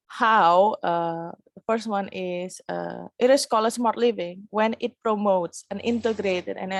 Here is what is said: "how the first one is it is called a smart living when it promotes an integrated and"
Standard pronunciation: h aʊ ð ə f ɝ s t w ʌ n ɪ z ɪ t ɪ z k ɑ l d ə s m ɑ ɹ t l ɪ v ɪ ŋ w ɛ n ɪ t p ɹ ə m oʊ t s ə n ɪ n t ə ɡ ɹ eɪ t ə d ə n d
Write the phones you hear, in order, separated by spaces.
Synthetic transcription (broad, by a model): h aʊ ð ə f ɝ s t w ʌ n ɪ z ɪ t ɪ s k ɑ l ə s m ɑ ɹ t l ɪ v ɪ ŋ w ɛ n ɪ t p ɹ ə m oʊ t s ə n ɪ n t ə ɡ ɹ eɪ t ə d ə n